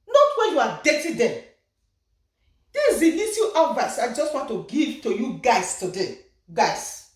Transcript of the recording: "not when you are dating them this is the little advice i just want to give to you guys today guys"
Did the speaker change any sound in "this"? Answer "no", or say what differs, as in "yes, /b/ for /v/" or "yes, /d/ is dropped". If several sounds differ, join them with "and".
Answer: yes, /s/ is dropped